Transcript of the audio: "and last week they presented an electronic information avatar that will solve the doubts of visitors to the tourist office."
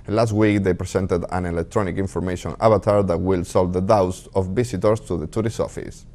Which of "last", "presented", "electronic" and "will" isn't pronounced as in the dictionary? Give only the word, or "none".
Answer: presented